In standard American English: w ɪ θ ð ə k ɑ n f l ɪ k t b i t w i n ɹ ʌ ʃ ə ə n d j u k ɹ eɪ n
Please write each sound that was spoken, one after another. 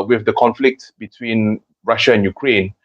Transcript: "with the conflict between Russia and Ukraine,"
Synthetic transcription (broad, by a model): w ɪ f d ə k ɑ n f l ɪ k t b i t w i n ɹ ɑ ʃ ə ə n j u k ɹ eɪ n